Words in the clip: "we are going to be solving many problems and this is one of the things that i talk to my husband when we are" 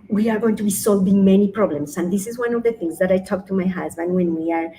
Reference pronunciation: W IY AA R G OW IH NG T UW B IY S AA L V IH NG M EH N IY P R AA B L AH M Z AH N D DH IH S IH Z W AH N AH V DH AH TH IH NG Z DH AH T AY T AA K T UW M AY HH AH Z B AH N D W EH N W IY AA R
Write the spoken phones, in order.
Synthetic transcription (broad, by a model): W IY AA R G OW IH NG T UW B IY S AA L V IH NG M EH N IY P R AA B L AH M S AH N D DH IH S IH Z W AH N AH V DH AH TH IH NG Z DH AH T AY T AA K T UW M AY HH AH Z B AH N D W EH N W IY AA R